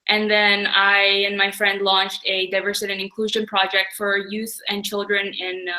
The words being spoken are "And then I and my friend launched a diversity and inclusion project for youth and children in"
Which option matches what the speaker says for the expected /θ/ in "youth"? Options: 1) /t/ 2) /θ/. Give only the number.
2